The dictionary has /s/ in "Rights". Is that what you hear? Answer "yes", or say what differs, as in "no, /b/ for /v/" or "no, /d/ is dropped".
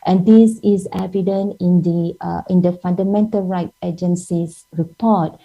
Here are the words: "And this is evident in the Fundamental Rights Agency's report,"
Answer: no, /s/ is dropped